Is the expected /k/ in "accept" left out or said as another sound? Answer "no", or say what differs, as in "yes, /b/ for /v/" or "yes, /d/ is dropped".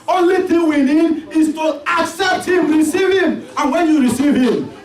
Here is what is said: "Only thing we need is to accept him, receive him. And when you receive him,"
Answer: no